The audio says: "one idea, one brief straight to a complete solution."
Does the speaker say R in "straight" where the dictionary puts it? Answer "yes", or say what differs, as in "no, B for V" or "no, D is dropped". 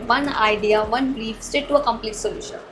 no, R is dropped